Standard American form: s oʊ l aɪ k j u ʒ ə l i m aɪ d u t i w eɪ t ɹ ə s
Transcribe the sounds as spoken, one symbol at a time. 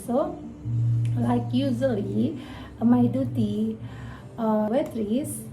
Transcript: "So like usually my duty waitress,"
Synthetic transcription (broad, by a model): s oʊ l aɪ k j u z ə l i m aɪ d u t i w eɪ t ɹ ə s